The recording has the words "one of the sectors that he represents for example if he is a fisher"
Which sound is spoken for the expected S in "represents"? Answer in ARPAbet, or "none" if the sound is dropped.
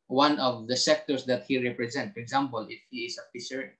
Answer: none